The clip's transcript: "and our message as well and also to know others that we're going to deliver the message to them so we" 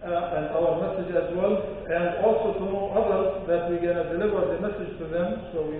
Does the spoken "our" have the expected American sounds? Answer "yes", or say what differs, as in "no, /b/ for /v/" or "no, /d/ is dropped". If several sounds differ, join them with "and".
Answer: no, /l/ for /ɹ/